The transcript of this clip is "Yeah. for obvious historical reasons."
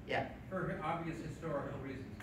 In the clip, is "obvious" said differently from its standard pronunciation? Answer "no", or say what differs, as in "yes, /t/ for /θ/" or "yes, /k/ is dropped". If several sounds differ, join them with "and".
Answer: no